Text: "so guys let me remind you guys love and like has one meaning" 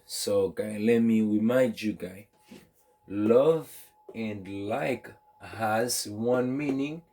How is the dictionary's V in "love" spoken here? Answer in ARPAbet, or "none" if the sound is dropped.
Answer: V